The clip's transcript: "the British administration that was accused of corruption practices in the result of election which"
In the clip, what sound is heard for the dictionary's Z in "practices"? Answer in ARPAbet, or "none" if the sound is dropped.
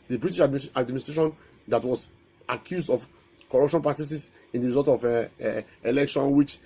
S